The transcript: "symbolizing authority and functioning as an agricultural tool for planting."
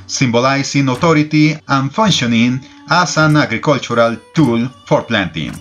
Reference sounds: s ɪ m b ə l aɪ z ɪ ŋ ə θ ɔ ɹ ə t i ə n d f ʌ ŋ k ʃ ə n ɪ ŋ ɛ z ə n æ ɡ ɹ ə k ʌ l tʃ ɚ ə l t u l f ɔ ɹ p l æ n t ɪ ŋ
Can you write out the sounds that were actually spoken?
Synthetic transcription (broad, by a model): s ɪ m b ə l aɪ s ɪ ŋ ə t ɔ ɹ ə t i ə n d f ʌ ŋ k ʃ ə n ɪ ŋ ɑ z ə n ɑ ɡ ɹ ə k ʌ l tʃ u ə l t u l f ɔ ɹ p l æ n t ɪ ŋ